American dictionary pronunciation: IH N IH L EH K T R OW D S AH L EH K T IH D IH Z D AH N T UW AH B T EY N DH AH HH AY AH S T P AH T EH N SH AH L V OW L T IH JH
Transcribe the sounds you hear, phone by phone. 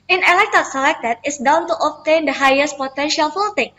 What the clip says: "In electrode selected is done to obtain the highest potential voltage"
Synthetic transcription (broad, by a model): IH N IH L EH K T OW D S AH L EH K T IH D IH S D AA N T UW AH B T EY N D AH HH AY AH S T P AH T EH N SH AH L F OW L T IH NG